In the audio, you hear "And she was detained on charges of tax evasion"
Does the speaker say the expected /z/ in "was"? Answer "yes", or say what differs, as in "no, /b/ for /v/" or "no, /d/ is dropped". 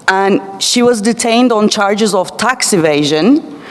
yes